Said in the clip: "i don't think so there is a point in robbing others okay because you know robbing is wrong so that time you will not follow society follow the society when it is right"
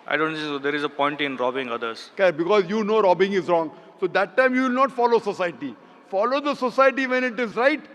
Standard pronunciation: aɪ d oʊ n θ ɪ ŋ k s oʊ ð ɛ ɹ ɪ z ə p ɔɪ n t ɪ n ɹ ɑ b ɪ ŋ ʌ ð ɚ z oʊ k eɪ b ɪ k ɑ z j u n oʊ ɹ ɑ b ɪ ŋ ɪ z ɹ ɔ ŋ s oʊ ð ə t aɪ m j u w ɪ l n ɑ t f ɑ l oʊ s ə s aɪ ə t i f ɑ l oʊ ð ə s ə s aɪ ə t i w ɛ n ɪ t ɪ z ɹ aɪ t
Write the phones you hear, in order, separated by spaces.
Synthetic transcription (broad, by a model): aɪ d oʊ n s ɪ s oʊ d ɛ ɹ ɪ z ə p ɔɪ n t ɪ n ɹ ɑ b ɪ ŋ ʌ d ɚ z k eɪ b ɪ k ɑ z j u n oʊ ɹ ɑ b ɪ ŋ ɪ z ɹ ɔ ŋ s oʊ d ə t aɪ m j u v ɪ l n ɑ t f ɑ l oʊ s ə s aɪ ə t i f ɑ l oʊ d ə s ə s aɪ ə t i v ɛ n ɪ t ɪ z ɹ aɪ t